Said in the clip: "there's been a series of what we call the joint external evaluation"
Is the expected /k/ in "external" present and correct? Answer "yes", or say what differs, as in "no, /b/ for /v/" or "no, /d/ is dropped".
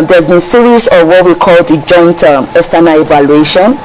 no, /k/ is dropped